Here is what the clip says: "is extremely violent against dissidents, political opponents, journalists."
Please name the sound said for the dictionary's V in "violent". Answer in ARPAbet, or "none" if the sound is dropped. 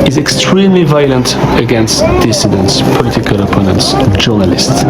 V